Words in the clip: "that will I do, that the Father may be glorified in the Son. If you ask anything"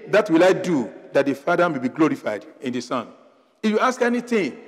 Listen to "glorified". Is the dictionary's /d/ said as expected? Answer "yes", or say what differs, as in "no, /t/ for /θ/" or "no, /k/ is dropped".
yes